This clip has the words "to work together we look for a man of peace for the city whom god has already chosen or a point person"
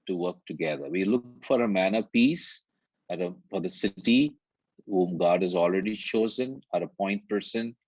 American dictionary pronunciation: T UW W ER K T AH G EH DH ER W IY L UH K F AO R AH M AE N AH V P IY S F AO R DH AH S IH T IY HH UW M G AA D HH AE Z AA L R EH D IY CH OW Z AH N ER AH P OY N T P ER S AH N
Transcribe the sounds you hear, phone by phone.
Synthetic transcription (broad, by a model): T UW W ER K T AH G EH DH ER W IY L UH K F AO R AH M AE N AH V P IY S F AO R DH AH S IH T IY HH UW M G AA D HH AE Z AA L R EH D IY CH OW Z AH N ER AH P OY N T P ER S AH N